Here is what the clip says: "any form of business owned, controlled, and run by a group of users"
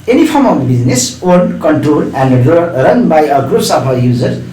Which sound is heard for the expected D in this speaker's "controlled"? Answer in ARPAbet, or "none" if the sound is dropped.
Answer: none